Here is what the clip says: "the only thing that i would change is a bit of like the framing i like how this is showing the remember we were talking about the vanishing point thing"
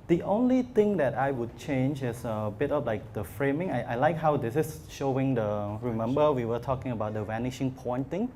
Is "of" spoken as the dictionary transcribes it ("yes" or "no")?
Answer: no